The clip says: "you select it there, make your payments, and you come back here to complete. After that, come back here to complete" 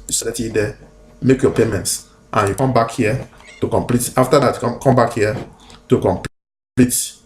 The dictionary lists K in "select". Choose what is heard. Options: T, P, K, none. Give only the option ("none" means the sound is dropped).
none